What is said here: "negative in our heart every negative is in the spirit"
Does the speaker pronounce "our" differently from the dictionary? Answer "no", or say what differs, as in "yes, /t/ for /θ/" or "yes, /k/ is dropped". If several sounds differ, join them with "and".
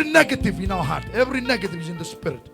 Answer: yes, /w/ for /ɹ/